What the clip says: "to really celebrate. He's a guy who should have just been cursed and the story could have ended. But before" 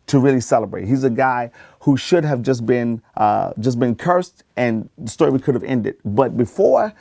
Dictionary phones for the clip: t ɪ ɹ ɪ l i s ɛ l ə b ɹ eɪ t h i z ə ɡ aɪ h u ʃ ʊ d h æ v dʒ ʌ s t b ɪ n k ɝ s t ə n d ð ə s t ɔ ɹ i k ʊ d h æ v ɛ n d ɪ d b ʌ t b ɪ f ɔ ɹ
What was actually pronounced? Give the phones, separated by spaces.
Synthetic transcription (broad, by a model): t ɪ ɹ ɪ l i s ɛ l ə b ɹ eɪ t h i z ə ɡ aɪ h u ʃ ʊ d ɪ v dʒ ʌ s t b ɪ n k ɝ s t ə n ð ə s t ɔ ɹ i k ʊ d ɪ v ɛ n d ɪ d b ʌ t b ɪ f ɔ ɹ